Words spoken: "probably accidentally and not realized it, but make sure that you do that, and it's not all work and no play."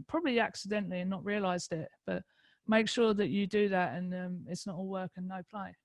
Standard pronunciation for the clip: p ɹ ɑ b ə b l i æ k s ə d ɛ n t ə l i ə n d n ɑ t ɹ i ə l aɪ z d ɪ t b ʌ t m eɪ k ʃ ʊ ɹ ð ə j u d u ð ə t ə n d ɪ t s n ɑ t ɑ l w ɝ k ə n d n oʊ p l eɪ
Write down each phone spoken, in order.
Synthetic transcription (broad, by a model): p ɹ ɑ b ə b l i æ k s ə d ɛ n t l i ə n n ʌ t ɹ i ə l aɪ z d ɪ t b ʌ t m eɪ k ʃ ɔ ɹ ð ə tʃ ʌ d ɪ ð ə t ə n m ɪ t s n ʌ t ɑ l w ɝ k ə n n oʊ p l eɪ